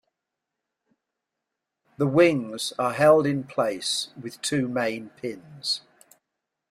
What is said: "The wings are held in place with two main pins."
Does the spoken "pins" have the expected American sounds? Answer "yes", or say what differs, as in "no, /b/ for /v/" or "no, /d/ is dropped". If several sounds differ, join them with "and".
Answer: yes